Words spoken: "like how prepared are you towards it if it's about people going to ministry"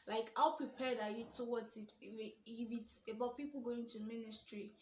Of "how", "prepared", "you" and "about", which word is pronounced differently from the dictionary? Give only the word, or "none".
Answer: none